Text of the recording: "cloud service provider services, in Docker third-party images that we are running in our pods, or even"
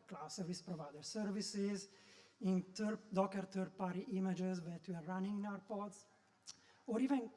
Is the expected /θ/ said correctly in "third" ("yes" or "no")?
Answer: no